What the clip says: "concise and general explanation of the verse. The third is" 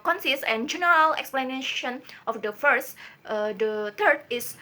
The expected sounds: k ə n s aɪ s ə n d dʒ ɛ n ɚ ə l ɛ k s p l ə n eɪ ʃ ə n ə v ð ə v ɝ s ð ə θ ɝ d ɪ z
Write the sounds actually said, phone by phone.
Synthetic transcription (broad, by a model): k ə n s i s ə n dʒ ɛ n ɚ ə l ɛ k s p l ə n eɪ ʃ ə n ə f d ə f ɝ s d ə t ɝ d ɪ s